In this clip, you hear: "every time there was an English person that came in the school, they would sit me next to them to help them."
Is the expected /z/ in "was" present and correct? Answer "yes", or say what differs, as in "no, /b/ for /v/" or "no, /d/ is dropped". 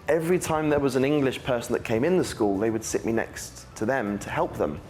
yes